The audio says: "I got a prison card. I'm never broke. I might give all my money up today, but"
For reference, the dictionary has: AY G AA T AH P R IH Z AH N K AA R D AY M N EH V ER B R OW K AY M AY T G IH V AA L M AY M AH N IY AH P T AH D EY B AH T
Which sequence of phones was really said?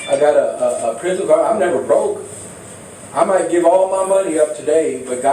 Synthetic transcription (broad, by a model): AY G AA T AH P R IH Z AH N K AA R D AY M N EH V ER B R OW K AY M AY T G IH V AA L M AY M AH N IY AH P T AH D EY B AH T